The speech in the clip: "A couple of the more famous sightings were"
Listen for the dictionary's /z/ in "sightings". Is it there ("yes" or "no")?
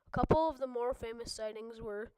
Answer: yes